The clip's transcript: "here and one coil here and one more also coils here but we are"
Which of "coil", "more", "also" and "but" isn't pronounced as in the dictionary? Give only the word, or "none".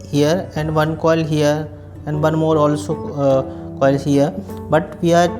none